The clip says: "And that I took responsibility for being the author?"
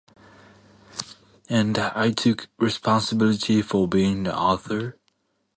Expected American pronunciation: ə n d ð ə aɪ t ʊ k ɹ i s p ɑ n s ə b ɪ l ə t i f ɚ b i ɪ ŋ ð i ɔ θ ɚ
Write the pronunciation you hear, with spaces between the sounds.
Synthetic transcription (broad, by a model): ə n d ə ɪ t ʊ k ɹ i s p ɑ n s ə b ɪ l ə t i f ɚ b i ɪ ŋ ð i ɔ θ ɚ